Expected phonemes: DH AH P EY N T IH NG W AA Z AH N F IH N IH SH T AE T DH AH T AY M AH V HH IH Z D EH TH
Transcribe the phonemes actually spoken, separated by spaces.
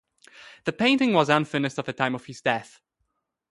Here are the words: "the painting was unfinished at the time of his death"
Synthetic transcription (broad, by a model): DH AH P EY N T IH NG W AA Z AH N F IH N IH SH T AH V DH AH T AY M AH V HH IH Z D EH TH